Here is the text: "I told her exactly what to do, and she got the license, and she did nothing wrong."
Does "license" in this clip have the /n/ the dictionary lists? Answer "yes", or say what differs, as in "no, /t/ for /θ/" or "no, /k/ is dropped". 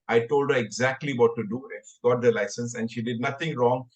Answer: yes